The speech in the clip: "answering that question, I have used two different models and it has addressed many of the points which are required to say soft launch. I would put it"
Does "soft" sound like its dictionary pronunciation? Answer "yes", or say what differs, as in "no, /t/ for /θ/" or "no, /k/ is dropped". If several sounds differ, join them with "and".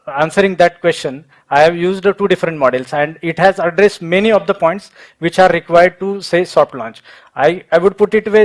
no, /p/ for /f/